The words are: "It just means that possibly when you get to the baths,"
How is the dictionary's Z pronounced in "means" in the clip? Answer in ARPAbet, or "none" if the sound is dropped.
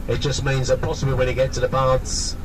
Z